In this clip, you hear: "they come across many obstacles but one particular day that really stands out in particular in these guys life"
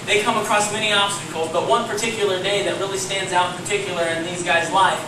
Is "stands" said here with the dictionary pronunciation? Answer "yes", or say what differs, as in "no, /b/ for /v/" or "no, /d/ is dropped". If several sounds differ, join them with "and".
yes